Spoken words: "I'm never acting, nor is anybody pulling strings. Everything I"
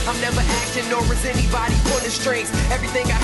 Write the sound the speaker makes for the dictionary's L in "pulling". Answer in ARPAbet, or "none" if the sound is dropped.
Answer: N